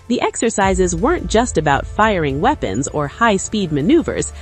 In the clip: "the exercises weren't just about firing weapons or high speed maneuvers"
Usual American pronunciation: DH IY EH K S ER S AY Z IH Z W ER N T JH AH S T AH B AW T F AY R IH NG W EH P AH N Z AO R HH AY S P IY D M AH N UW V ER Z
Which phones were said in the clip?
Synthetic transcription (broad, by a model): DH IY EH K S ER S AY Z IH Z W ER N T JH AH S T AH B AW T F AY R IH NG W EH P AH N Z AO R HH AY S P IY D M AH N UW V ER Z